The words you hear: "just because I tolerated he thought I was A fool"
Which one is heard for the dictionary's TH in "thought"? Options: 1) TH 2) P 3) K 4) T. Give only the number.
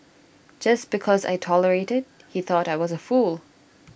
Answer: 1